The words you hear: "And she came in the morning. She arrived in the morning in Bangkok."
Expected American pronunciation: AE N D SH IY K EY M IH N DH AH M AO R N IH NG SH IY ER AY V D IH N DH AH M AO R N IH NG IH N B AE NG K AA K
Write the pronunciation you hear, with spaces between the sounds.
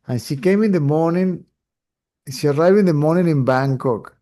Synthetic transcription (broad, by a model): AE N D SH IY K EY M IH N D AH M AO N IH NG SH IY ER AY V IH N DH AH M AO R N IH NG IH N B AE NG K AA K